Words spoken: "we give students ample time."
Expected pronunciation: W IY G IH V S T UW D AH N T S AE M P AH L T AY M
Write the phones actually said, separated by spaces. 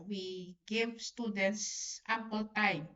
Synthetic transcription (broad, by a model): W IY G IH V S T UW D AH N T S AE P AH L T AY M